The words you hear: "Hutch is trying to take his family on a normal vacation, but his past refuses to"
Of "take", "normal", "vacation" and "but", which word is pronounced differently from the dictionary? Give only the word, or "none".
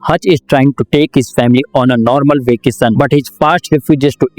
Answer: vacation